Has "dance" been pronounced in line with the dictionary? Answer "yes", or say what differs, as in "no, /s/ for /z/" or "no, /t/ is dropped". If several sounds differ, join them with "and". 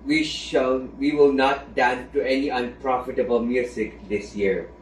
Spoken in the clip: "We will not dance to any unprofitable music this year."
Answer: no, /s/ is dropped